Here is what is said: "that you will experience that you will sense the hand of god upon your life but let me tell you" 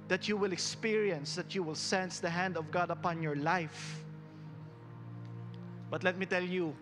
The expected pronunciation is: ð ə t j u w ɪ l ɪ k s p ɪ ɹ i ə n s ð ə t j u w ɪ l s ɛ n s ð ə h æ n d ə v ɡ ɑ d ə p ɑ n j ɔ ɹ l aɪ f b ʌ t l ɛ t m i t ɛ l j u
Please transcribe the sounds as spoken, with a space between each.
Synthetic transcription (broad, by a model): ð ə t j u w ɪ l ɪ k s p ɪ ɹ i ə n s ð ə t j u w ɪ l s ɛ n s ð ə h æ n d ə v ɡ ɑ d ə p ɑ n j ɔ ɹ l aɪ f b ʌ t l ɛ t m i t ɛ l j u